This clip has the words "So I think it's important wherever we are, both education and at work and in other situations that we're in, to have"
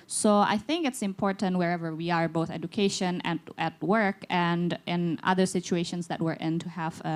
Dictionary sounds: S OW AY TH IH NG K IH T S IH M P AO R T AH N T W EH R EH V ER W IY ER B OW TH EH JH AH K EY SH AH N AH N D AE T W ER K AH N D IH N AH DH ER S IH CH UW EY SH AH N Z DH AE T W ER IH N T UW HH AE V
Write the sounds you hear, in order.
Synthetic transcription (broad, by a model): S OW AY TH IH NG K IH T S IH M P AO R T AH N T W EH R EH V ER W IY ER B OW TH EH JH AH K EY SH AH N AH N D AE T W ER K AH N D IH N AH DH ER S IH CH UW EY SH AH N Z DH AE T W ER IH N T UW HH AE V